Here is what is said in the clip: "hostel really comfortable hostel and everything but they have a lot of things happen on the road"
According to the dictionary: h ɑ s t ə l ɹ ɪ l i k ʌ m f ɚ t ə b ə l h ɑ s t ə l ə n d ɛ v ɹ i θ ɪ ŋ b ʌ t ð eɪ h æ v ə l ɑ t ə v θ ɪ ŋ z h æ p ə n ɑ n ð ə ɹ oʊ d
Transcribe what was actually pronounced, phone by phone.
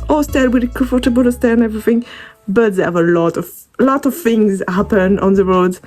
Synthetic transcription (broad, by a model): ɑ s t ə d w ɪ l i k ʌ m f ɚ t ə b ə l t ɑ s t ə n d ɛ v ɹ i θ ɪ ŋ b ʌ t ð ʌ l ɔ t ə l ɑ t ə v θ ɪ ŋ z h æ p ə n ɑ n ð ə ɹ oʊ d